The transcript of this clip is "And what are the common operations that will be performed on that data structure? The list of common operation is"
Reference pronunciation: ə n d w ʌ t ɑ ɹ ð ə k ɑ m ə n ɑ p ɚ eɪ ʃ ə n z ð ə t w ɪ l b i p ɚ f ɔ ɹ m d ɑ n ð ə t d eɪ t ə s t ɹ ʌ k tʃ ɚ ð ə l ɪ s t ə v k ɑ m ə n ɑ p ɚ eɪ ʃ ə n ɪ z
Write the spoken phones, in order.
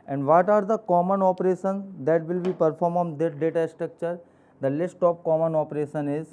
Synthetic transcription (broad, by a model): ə n d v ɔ t ɑ ɹ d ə k ɑ m ə n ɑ p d eɪ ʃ ə n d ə t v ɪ l b i p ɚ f ɔ ɹ m ɑ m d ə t d eɪ t ə s t ɹ ʌ k tʃ ɚ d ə l ɪ s t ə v k ɑ m ə n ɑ p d eɪ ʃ ə n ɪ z